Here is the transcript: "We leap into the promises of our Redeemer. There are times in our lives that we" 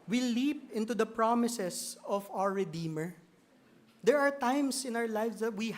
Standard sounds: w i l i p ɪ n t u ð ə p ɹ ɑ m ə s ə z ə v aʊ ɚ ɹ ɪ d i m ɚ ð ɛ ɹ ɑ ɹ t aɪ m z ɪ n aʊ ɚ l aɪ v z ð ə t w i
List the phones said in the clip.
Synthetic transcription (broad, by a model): w i l i p ɪ n t u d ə p ɹ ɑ m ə s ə s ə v aʊ ɚ ɹ ɪ d i m ɚ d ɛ ɹ ɑ ɹ t aɪ m s ɪ n aʊ ɚ l aɪ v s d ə t w i